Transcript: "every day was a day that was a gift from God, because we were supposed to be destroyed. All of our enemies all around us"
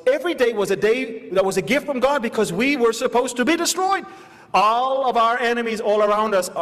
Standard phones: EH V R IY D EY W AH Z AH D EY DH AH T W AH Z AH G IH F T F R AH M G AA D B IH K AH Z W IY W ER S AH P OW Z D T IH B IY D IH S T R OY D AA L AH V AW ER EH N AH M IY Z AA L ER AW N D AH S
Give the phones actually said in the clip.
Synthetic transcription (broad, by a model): EH V R IY D EY W AH Z AH D EY DH AH T W AH Z AH G IH F T F R AH M G AA D B IH K AH Z W IY W ER S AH P OW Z T IH B IY D IH S T R OY D AA L AH V AW ER EH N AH M IY Z AA L ER AW N D AH S